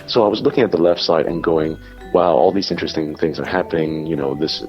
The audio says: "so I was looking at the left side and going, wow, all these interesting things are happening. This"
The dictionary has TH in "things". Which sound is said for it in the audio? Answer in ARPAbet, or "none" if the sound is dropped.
TH